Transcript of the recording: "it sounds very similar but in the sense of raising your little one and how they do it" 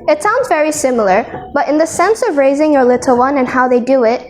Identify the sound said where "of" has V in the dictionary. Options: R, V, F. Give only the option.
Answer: V